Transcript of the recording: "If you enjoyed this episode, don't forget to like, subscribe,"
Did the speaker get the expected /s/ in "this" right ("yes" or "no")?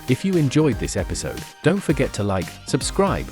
yes